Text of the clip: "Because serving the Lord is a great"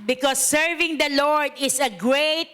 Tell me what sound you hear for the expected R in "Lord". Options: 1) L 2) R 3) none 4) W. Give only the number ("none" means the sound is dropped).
2